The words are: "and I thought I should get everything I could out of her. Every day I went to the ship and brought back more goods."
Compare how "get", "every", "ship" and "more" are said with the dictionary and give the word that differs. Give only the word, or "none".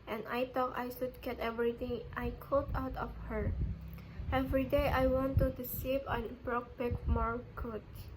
ship